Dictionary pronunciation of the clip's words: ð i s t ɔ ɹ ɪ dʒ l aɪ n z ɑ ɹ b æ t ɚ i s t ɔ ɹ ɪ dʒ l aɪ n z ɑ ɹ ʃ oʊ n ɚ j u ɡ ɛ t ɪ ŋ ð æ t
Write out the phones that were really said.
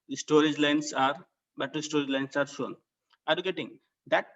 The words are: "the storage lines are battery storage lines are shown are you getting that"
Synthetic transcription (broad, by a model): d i s t ɔ ɹ ɪ dʒ l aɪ n s ɑ ɹ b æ t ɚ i s t ɔ ɹ ɪ dʒ l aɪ n s ɑ ɹ ʃ oʊ n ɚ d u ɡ ɛ t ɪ ŋ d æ t